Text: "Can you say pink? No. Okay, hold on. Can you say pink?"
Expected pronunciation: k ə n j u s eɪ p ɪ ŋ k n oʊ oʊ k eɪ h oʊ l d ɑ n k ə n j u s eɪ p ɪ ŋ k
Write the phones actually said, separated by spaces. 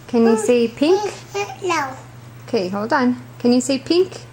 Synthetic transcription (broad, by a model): k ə n j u s eɪ p ɪ ŋ k l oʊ oʊ k eɪ h oʊ l d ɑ n k ə n j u s eɪ p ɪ ŋ k